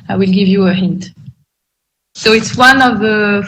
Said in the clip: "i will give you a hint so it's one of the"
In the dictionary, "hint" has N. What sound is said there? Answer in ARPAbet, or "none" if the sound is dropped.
N